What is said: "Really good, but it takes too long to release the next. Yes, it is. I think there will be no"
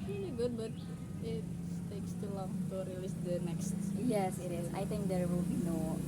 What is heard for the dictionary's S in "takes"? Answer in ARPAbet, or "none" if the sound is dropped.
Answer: S